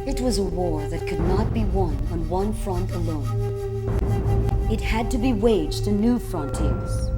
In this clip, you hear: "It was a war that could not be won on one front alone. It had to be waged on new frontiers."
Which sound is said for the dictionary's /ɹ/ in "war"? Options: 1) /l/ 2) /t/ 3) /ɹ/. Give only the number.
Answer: 3